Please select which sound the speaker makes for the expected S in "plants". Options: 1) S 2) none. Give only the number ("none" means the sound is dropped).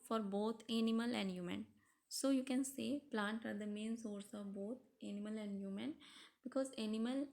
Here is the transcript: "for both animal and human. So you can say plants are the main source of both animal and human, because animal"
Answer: 2